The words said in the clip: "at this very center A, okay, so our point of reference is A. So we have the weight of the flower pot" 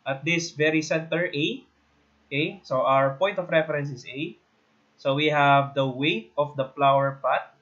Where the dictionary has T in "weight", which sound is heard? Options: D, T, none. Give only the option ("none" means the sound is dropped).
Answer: T